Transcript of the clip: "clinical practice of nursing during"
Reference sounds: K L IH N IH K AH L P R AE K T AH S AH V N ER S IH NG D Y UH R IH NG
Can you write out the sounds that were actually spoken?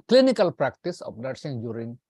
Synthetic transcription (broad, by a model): K L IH N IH K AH L P R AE K T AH S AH P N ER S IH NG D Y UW R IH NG